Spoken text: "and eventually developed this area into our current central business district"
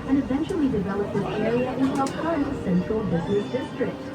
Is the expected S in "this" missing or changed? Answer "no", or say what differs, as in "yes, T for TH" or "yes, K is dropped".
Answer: yes, SH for S